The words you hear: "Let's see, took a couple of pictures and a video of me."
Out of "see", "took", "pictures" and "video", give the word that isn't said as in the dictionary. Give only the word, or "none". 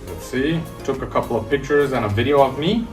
none